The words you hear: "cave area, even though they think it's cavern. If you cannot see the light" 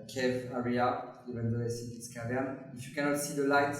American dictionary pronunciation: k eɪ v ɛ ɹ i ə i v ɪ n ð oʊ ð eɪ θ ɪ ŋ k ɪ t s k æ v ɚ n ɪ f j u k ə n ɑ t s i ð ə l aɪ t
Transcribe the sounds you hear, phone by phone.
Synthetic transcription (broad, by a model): k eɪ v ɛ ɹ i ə i v ɪ n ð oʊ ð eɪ s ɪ k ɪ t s k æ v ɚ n ɪ f j u k ə n ɑ t s i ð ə l aɪ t